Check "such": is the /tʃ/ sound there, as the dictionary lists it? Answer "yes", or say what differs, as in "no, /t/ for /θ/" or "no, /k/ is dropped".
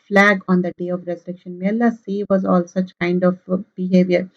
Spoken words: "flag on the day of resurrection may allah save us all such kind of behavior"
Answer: yes